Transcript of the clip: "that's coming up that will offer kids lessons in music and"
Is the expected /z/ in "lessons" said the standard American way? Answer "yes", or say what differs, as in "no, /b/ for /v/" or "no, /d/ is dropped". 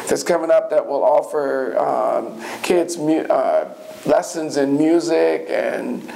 yes